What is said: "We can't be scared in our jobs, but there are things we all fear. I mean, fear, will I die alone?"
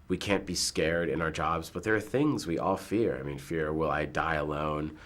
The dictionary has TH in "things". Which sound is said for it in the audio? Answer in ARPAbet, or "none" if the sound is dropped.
TH